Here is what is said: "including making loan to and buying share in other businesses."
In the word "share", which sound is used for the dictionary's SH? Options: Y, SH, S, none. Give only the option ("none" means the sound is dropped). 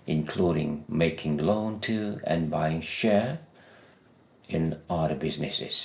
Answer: SH